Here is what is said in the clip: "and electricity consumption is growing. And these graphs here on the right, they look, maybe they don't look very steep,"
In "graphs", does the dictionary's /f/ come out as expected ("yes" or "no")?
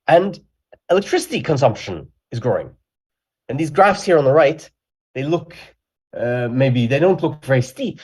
yes